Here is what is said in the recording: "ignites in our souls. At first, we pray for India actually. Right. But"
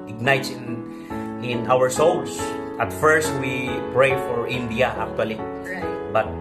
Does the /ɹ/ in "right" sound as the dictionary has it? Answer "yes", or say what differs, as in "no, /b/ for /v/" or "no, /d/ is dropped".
no, /l/ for /ɹ/